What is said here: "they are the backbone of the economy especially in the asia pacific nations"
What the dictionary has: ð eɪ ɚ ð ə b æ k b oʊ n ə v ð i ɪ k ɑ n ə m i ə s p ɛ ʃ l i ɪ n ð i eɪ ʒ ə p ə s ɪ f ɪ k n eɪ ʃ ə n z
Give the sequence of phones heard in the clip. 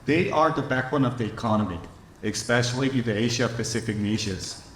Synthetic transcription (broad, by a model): ð eɪ ɚ ð ə b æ k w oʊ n ə v ð i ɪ k ɑ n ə m i ə s p ɛ ʃ l i ɪ n ð i eɪ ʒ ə p ə s ɪ f ɪ k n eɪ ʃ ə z